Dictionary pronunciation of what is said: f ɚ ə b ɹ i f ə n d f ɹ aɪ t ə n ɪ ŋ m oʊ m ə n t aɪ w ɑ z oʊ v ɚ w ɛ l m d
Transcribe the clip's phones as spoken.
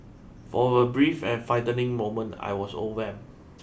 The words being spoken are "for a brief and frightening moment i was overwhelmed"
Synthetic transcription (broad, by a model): f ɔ ə b ɹ i f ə n f aɪ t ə n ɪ ŋ m oʊ m ə n t aɪ w ɑ s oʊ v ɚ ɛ m